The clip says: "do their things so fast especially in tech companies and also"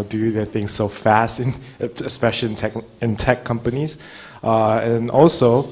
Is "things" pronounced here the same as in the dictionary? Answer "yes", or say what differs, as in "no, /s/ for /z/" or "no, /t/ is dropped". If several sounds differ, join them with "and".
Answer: yes